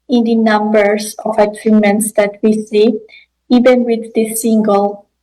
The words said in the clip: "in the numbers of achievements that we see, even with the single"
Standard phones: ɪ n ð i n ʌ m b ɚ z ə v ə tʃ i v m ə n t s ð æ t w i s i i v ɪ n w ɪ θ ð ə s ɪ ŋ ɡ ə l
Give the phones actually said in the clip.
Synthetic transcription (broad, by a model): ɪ n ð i n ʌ m b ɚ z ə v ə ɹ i m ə n t s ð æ t w i s i i v ɪ n w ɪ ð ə s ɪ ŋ ɡ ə l